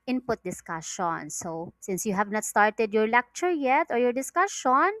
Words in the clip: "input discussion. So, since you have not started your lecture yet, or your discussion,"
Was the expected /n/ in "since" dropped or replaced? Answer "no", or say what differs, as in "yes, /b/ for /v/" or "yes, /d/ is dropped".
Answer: no